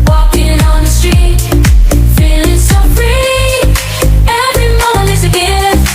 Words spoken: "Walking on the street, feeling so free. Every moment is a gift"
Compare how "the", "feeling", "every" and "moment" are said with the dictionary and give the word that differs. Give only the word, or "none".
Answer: moment